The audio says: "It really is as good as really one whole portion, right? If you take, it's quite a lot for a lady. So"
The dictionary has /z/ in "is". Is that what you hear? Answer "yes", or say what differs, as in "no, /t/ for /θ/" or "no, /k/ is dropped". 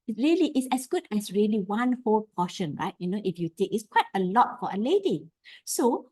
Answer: no, /s/ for /z/